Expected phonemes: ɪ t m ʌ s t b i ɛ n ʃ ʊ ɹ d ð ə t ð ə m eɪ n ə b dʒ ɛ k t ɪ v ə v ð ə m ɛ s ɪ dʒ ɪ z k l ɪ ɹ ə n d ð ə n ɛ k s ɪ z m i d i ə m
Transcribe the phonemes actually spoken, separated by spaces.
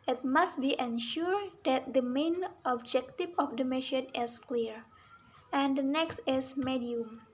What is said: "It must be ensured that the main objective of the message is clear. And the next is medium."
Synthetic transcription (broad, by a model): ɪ t m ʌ s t b i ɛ n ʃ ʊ ɹ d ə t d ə m eɪ n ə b dʒ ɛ k t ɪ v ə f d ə m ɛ ʃ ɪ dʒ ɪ s k l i ɹ ə n d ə n ɛ k s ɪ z m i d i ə m